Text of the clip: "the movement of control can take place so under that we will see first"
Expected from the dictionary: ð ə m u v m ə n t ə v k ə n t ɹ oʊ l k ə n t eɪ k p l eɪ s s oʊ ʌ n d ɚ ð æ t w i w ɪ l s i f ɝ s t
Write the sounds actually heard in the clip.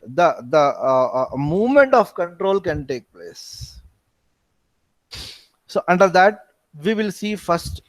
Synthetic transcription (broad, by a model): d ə m u v m ə n t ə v k ə n t ɹ oʊ l k ə n t eɪ k p l eɪ s s oʊ ʌ n d ɚ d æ t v i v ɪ l s i f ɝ s t